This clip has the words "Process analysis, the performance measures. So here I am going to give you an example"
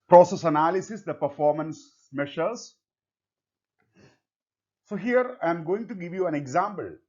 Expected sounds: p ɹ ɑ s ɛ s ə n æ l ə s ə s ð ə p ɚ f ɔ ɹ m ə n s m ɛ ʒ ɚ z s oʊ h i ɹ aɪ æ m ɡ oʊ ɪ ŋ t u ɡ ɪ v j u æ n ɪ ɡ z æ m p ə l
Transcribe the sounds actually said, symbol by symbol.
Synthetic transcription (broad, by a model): p ɹ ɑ s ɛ s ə n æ l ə s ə s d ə p ɚ f ɔ ɹ m ə n s m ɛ ʃ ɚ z s oʊ h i ɹ aɪ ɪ m ɡ oʊ ɪ ŋ t u ɡ ɪ v j u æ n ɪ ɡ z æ m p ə l